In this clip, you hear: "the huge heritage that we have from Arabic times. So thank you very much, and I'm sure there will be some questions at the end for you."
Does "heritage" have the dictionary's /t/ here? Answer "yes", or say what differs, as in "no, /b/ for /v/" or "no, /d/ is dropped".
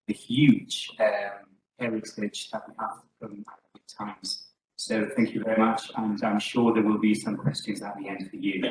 no, /s/ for /t/